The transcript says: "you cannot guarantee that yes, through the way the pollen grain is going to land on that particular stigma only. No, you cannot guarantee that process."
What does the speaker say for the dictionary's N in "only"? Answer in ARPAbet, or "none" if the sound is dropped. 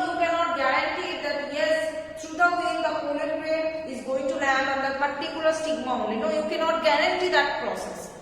none